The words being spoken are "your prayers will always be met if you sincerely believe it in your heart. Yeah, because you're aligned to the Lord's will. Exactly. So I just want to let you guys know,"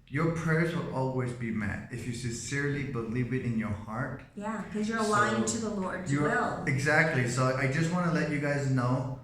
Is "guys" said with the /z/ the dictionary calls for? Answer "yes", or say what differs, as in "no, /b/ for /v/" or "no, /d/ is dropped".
yes